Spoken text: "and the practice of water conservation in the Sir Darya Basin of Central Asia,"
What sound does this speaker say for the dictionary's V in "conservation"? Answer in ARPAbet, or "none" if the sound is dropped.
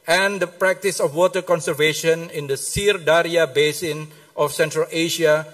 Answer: V